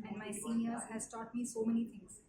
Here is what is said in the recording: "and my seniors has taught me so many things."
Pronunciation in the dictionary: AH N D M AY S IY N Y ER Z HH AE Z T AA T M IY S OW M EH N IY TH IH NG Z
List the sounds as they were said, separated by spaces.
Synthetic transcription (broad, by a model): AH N D M AY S IY N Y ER HH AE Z T AA T M IY S OW M EH N IY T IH NG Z